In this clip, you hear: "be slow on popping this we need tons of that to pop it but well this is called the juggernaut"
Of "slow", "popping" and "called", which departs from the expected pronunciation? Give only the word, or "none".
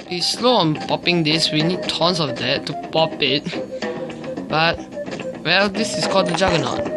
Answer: none